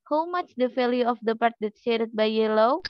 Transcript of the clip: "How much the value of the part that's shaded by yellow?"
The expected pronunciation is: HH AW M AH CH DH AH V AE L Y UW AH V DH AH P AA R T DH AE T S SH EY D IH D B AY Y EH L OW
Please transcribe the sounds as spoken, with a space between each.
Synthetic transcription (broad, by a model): HH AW M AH CH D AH F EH L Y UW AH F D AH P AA R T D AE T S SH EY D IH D B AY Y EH L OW